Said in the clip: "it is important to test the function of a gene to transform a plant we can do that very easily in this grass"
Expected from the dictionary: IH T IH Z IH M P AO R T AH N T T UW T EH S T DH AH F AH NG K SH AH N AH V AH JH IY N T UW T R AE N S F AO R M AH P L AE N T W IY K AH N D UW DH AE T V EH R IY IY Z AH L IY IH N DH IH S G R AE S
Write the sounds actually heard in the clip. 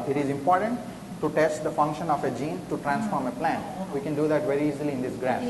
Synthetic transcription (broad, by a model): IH T IH Z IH M P AO R T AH N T T UW T EH S T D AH F AH NG K SH AH N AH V AH JH IY N T UW T R AE N S F AO R M AH P L AE N T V IY K AH N D UW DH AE T V EH R IY IY Z AH L IY IH N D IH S G R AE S